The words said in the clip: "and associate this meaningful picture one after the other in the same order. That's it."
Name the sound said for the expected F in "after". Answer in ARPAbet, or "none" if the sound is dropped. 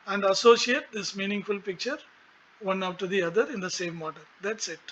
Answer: P